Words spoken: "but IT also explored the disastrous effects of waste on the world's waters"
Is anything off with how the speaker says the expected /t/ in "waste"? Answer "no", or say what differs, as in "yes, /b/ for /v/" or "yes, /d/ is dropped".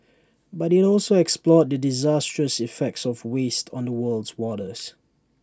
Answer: no